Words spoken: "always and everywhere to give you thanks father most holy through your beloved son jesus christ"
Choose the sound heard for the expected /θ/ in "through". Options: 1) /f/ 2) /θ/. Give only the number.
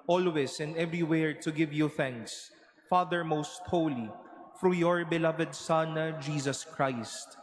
1